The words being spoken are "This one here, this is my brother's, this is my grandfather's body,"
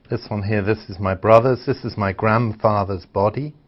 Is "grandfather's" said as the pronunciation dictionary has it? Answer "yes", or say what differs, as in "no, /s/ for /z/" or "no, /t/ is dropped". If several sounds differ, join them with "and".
yes